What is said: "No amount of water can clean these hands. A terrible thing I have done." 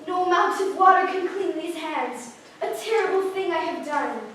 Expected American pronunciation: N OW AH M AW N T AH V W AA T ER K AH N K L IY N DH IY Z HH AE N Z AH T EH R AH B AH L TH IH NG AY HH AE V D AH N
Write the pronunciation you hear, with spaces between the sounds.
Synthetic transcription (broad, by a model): N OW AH M AW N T AH V W AA T ER K AH N K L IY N DH IY Z HH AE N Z AH T EH R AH B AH L TH IH NG AY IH V D AH N